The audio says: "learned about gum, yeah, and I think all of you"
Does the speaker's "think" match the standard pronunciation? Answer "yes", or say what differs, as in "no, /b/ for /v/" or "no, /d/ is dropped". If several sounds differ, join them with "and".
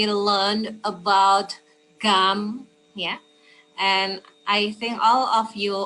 yes